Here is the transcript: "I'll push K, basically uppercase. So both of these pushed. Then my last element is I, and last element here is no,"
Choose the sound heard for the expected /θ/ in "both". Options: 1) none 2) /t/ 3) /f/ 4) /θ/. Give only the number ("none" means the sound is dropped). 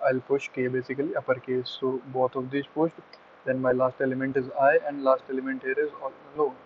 2